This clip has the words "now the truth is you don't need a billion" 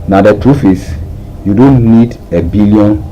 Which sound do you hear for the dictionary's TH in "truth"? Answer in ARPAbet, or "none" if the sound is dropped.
F